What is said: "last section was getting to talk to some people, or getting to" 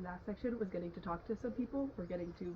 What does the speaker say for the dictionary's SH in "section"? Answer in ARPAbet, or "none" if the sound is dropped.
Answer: SH